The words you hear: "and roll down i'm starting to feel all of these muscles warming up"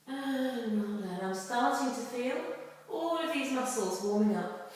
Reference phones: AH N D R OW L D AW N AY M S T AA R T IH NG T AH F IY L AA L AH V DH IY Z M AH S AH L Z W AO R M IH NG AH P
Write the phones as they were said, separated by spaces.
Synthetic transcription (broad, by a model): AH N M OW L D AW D AY M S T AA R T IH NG T AH F IY L AA L AH V DH IY Z M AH S L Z W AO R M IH NG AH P